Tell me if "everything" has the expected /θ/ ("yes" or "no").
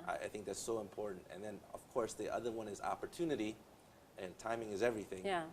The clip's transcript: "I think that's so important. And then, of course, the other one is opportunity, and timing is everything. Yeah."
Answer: yes